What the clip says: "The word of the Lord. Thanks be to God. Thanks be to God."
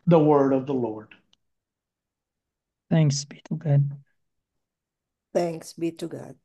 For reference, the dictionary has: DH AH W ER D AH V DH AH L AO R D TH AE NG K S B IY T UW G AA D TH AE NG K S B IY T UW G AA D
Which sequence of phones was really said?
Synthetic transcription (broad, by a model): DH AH W ER D AH V DH AH L AO R D TH AE NG K S B IY T UW G AA D TH AE NG K S B IY T UW G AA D